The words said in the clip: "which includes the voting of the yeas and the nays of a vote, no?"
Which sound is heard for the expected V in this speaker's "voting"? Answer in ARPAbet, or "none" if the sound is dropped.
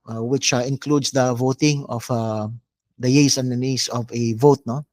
V